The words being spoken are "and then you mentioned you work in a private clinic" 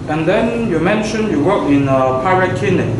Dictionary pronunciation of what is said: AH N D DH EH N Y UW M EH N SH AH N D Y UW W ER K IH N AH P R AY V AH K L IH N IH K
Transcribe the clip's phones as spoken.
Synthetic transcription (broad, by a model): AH N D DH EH N Y UW M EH N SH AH N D Y UW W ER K IH N AH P AY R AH K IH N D